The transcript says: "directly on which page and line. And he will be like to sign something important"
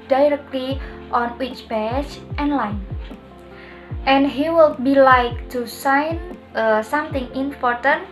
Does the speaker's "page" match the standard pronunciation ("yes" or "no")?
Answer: no